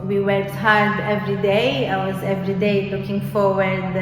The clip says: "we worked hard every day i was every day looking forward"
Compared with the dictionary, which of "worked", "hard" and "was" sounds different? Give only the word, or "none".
none